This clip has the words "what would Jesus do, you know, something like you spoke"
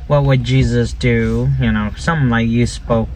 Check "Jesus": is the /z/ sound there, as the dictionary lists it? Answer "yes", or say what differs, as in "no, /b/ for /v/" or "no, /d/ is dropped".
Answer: yes